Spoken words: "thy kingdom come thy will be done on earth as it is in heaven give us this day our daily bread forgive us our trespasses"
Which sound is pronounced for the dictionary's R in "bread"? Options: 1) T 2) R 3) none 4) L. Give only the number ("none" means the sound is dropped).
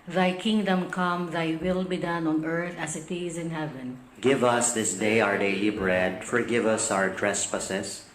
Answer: 2